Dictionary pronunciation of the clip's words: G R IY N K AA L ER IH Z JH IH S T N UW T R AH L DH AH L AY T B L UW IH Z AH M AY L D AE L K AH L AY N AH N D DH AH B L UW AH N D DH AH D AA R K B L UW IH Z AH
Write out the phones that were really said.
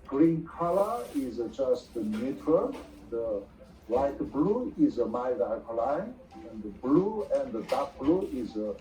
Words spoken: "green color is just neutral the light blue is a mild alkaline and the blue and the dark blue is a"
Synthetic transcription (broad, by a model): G R IY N K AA L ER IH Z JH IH S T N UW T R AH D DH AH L AY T B L UW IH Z AH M AY D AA K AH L AY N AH N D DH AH B L UW AH N D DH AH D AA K B L UW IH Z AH